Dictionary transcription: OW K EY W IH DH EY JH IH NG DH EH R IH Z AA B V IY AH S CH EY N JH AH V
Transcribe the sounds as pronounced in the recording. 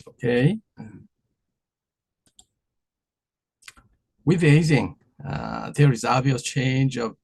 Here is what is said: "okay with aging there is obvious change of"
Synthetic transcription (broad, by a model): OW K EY W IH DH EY Z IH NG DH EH R IH Z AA V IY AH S CH EY N JH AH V